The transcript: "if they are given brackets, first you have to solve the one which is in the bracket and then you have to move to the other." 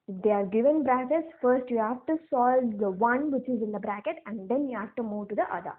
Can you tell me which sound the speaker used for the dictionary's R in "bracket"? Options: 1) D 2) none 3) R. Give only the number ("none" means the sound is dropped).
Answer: 3